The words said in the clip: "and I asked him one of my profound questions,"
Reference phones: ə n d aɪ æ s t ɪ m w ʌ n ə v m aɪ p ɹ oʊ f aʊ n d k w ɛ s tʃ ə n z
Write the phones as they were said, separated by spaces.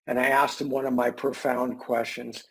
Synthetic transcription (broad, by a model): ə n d aɪ æ s t ɪ m w ʌ n ə v m aɪ p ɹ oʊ f aʊ n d k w ɛ s tʃ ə n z